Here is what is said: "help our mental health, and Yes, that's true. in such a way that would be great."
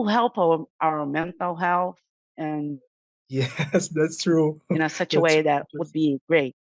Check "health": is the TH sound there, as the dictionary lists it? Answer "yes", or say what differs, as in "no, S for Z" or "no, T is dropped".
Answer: yes